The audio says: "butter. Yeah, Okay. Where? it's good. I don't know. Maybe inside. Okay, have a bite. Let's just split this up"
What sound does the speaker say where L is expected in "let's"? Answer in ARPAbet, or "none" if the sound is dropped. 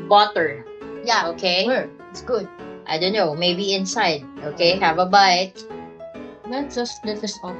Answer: N